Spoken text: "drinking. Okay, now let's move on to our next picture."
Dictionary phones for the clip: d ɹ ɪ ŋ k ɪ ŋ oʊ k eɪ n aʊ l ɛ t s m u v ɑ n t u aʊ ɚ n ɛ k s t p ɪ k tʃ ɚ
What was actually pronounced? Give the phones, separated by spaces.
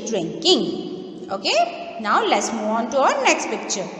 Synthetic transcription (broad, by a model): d ɹ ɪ ŋ k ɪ ŋ oʊ k eɪ n aʊ l ɛ t s m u ɑ n t u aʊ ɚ n ɛ k s t p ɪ k tʃ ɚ